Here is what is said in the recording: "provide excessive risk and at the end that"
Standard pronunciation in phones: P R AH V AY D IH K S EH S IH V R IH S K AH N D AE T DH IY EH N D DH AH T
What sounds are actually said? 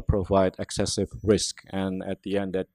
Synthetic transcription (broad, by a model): P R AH V AY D IH K S EH S IH V R IH S K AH N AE T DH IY EH N D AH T